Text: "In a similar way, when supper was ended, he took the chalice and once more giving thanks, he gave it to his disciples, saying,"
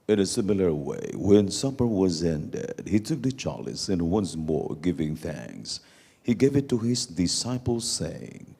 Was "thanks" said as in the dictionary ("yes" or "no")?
yes